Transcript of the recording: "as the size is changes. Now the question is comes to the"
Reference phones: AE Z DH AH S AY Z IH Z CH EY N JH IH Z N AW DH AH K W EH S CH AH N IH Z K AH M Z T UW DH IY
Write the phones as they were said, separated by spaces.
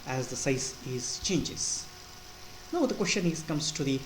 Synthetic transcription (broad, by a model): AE Z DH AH S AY S IH Z CH EY N JH IH Z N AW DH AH K W EH S CH AH N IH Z K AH M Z T UW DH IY